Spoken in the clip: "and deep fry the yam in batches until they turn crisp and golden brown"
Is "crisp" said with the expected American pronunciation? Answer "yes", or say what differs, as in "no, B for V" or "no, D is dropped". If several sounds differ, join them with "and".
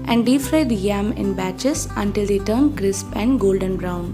yes